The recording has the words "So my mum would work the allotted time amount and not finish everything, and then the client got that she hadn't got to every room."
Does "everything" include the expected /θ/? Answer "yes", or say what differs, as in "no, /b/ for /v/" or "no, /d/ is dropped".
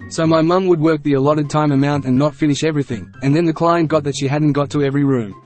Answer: yes